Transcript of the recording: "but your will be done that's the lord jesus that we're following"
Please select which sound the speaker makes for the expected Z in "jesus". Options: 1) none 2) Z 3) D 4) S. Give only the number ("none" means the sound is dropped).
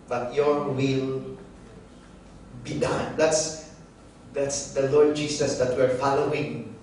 4